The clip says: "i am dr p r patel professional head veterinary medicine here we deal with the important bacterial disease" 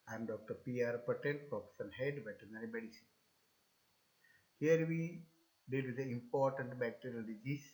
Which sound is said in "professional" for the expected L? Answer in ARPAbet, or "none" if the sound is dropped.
N